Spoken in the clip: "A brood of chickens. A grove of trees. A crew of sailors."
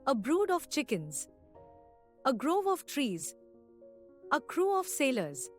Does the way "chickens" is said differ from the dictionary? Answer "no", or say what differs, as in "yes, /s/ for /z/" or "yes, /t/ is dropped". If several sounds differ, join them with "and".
no